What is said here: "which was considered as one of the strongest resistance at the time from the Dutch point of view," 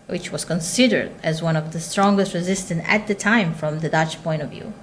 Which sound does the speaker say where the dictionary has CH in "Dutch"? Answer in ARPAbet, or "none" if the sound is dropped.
CH